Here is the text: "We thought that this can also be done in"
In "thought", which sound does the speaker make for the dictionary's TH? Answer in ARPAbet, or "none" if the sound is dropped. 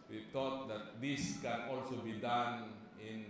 T